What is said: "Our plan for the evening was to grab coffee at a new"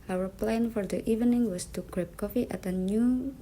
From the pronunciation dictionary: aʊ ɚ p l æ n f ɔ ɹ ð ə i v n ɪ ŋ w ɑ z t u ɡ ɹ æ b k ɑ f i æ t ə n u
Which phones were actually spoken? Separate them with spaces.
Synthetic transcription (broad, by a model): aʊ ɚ p l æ n f ɔ ɹ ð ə i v n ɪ ŋ w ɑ s t u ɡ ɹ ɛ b k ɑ f i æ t ə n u